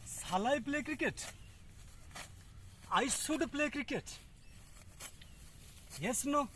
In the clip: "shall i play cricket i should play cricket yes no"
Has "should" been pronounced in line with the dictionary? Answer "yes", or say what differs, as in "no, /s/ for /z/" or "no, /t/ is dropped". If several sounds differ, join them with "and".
no, /s/ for /ʃ/